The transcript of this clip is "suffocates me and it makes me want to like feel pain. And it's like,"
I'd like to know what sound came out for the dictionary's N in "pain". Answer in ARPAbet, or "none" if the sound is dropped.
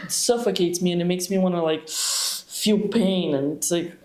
none